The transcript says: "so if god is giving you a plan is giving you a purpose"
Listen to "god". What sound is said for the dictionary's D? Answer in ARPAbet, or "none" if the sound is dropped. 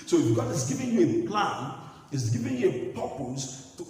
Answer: none